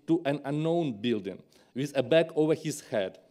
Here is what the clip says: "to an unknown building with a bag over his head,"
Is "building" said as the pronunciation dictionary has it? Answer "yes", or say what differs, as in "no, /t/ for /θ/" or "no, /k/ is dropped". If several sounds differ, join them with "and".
yes